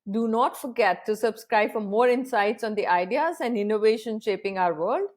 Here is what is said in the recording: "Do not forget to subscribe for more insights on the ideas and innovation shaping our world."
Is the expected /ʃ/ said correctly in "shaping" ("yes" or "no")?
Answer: yes